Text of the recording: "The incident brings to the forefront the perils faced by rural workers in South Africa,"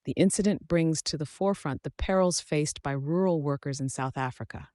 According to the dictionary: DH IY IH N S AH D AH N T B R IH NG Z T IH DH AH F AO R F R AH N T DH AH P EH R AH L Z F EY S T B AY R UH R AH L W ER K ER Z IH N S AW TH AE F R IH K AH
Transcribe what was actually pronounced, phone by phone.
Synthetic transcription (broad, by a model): DH IY IH N S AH D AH N B R IH NG Z T IH DH AH F AO R F R AH N DH AH P EH R L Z F EY S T B AY R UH R L W ER K ER Z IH N S AW TH AE F R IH K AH